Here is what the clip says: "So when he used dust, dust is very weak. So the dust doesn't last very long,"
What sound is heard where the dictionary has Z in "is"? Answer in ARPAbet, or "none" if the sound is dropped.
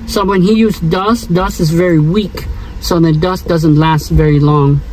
Z